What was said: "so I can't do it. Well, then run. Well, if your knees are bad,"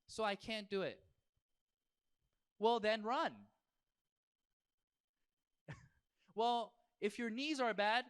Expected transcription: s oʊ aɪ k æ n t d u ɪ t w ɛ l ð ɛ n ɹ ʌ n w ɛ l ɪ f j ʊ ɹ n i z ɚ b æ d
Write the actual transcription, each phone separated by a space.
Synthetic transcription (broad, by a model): s oʊ aɪ k æ n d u ɪ t w ɛ l ð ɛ n ɹ ʌ n w ɛ l ɪ f j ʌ ɹ n i z ɚ b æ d